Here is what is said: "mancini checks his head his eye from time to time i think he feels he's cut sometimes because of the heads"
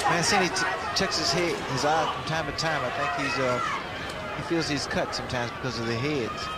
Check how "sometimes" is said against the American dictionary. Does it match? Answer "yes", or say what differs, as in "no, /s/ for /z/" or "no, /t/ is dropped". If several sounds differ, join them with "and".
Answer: yes